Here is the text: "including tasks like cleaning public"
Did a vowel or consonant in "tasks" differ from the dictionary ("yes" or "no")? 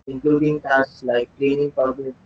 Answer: yes